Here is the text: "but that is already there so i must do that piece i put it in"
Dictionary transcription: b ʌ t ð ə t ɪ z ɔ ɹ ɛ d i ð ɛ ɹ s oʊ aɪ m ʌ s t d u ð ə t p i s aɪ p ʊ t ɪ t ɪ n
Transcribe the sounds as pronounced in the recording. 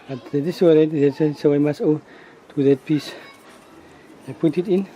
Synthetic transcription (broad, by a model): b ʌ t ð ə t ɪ s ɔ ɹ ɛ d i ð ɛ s s oʊ aɪ m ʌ s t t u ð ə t p i s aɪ p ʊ t ɪ t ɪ n